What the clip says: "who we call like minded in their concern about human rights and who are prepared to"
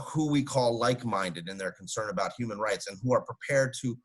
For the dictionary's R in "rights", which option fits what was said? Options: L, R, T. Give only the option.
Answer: R